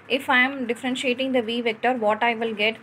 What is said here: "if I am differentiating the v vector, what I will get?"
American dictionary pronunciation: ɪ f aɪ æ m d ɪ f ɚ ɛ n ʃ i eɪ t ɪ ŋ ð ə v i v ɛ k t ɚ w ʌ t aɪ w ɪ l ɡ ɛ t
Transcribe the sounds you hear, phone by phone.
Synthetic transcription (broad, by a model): ɪ f aɪ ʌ m d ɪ f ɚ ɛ n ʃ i eɪ t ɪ ŋ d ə v i v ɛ k t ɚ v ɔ t aɪ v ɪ l ɡ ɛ t